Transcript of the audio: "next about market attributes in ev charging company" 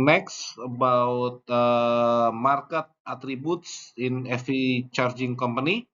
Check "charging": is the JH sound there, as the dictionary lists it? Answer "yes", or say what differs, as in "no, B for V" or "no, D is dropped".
yes